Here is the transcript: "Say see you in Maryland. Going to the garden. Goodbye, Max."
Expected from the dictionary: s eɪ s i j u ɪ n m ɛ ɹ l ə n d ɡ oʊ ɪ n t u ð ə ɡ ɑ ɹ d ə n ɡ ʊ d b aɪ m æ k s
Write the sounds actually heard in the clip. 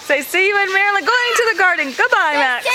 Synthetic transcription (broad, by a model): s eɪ s i j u ɪ n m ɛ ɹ ə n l ɡ oʊ ɪ n t u ð ə ɡ ɑ ɹ d n ɡ ʊ d b aɪ m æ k